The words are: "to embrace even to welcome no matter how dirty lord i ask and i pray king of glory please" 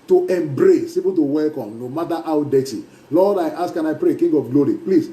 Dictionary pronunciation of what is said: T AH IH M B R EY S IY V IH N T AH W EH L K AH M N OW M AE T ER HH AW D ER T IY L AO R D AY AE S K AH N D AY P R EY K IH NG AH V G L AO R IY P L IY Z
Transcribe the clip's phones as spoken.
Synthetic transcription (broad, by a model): T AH IH M B R EY S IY P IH T AH W EH L K AH M N OW M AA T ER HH AW D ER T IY L AO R D AY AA S K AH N AY P R EY K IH NG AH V G L AO R IY P L IY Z